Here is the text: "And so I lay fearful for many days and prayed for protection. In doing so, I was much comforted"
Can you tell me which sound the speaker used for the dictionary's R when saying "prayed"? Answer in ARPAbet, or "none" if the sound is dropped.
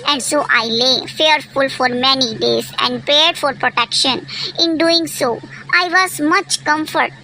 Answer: none